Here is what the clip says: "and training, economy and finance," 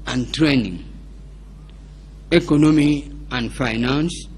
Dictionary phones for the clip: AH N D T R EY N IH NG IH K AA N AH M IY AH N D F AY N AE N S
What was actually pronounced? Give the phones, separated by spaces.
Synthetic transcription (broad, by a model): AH N T R EY N IH NG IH K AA N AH M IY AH N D F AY N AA N S